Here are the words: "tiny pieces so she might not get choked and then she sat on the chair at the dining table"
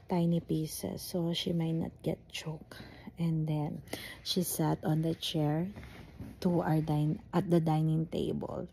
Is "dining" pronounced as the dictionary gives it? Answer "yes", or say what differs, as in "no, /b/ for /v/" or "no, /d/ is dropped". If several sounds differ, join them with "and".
yes